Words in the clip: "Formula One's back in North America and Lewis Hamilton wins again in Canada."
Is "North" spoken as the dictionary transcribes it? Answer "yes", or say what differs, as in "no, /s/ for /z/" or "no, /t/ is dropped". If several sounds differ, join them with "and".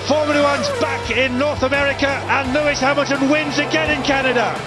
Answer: yes